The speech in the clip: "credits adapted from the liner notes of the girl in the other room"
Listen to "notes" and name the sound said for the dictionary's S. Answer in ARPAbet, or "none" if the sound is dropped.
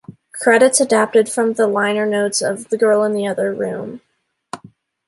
S